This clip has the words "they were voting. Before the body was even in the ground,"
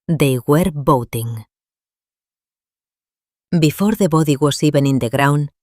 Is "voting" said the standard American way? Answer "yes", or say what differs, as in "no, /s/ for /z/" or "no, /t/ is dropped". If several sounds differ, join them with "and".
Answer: no, /b/ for /v/